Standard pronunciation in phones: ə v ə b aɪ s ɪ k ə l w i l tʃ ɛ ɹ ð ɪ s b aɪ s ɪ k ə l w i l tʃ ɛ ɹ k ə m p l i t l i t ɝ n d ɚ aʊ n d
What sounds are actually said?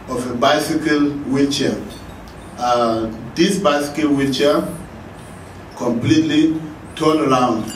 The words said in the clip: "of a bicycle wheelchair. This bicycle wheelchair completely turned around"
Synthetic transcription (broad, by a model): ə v ə b aɪ s ɪ k ə l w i tʃ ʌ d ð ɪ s b aɪ s ɪ k ə l w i tʃ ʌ k ə m p l i t l i t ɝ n ɚ aʊ n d